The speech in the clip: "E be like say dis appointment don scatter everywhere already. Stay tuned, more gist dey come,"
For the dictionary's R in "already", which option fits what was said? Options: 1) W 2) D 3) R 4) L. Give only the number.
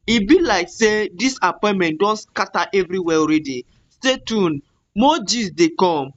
3